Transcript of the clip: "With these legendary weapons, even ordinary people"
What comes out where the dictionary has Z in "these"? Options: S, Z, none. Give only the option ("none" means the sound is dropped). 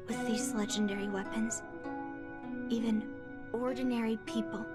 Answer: Z